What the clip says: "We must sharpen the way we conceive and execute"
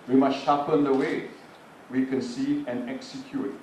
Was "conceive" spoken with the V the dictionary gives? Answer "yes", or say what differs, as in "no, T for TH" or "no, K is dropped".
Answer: no, V is dropped